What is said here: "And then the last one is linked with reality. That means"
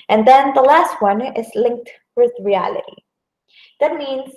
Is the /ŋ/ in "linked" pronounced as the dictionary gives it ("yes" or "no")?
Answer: yes